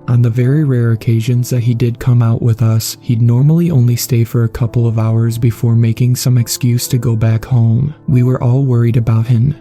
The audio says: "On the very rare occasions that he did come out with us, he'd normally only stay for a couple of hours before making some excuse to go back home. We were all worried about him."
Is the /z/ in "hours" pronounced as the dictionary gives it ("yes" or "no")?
yes